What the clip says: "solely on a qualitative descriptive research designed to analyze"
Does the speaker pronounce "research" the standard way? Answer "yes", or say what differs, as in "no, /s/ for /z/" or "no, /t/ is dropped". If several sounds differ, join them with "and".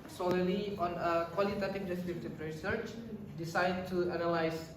yes